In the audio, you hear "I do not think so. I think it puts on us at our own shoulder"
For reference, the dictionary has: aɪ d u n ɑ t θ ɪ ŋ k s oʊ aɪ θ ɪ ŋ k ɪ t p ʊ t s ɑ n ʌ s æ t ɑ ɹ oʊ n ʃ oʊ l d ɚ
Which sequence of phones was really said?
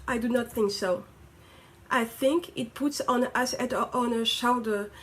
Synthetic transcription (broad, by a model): aɪ d u n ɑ t θ ɪ ŋ k s oʊ aɪ θ ɪ ŋ k ɪ t p ʊ t s ɑ n ʌ s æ t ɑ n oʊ ʃ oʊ l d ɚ